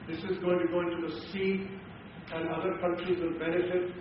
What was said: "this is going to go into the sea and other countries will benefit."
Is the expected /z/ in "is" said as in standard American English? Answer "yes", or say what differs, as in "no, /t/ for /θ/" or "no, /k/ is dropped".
yes